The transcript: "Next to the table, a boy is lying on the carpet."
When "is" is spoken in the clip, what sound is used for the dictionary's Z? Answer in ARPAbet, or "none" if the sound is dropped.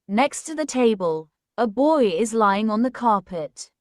Z